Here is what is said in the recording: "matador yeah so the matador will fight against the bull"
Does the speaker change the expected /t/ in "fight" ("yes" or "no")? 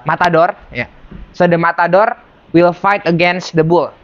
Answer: no